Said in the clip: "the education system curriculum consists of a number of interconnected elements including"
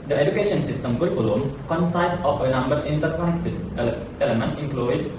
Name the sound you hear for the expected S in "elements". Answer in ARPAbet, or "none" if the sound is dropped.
none